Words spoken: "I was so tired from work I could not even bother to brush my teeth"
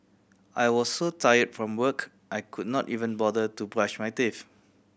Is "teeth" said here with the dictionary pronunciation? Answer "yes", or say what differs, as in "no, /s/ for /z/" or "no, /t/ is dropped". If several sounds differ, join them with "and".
no, /f/ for /θ/